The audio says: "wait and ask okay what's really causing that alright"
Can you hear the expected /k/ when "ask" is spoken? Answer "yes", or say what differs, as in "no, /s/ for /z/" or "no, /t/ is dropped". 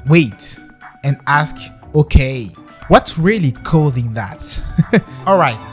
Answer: yes